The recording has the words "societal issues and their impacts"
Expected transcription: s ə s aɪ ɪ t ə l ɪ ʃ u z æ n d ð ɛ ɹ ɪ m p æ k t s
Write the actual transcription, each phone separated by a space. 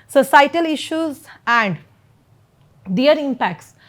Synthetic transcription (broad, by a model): s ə s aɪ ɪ t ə l ɪ ʃ u z æ n d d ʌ ɹ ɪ m p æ k t s